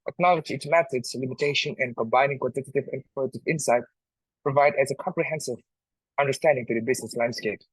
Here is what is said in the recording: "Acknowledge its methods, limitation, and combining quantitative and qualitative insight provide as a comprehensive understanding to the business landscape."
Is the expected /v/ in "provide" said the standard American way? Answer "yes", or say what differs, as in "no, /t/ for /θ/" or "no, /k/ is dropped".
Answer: yes